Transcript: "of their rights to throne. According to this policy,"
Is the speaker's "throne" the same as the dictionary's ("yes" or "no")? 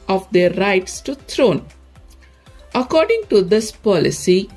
no